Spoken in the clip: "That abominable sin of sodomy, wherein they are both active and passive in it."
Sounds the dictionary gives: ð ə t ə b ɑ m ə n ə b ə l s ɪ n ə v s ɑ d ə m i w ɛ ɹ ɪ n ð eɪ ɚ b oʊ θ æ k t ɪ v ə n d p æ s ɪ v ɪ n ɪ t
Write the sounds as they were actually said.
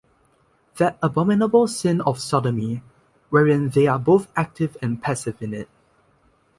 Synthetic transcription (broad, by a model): ð ə t ə b ɑ m ə n ə b ə l s ɪ n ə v s ɑ d ə m i w ɛ ɹ ɪ n ð eɪ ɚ b oʊ θ æ k t ɪ v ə n p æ s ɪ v ɪ n ɪ t